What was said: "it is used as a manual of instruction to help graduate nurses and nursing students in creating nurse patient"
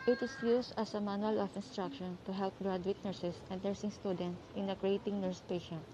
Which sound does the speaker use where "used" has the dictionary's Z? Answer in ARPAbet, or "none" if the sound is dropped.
S